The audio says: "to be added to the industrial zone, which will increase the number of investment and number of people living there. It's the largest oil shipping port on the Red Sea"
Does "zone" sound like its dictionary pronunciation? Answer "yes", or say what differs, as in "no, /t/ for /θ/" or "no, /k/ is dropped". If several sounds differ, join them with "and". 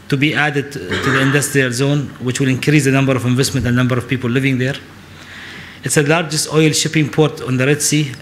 yes